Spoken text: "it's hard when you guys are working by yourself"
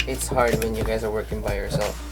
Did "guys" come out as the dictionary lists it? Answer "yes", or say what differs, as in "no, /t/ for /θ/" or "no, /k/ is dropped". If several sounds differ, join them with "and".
yes